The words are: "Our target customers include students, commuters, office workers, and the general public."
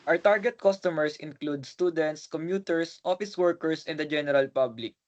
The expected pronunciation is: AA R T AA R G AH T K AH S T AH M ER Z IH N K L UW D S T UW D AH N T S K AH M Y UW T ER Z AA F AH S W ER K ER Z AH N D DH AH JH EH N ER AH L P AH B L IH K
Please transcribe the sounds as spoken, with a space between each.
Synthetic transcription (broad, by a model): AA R T AA R G AH T K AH S T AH M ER S IH N K L UW D S T UW D AH N T S K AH M Y UW T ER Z AA F AH S W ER K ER S AH N D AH JH EH N ER AH L P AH B L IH K